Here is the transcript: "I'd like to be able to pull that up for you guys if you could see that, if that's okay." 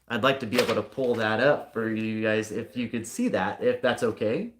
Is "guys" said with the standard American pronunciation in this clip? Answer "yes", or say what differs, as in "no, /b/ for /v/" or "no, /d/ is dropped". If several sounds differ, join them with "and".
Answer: yes